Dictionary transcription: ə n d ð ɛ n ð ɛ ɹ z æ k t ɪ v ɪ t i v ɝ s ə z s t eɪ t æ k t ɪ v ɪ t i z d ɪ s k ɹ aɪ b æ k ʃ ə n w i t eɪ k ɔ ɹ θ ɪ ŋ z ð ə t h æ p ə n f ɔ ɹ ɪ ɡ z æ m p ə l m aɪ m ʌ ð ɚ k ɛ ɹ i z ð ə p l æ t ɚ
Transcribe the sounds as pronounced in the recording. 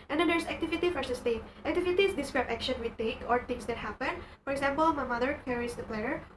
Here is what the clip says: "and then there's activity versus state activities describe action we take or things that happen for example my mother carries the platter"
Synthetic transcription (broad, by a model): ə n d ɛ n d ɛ ɹ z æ k t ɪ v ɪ t i f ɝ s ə s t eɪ t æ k t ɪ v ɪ t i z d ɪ s k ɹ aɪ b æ k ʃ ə n w i t eɪ k ɔ ɹ t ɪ ŋ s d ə t h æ p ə n f ɔ ɹ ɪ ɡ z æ m p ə l m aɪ m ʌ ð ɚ k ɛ ɹ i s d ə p l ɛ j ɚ